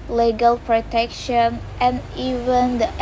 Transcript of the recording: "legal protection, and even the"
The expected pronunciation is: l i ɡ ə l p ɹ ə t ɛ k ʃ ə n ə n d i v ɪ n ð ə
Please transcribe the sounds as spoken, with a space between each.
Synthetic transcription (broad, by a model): l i ɡ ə l p ɹ ə t ɛ k ʃ ə n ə n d i v ɪ n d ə